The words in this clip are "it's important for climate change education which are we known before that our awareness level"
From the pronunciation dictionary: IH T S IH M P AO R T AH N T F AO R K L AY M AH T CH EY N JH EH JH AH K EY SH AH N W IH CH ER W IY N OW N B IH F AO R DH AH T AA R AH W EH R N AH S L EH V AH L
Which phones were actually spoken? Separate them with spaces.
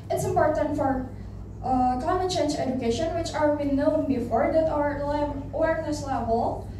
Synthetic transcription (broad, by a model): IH T S IH M P AO R T AH N T F AO R K L AY M AH T CH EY N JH EH JH AH K EY SH AH N W IH CH ER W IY N OW N B IH F AO R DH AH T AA L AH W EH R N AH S L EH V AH L